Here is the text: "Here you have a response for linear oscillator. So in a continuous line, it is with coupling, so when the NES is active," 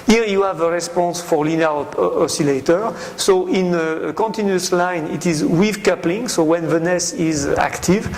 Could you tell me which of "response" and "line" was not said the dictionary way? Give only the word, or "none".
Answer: none